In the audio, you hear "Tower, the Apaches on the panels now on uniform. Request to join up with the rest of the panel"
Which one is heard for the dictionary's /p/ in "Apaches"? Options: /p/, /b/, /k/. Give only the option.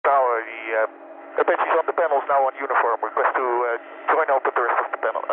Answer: /b/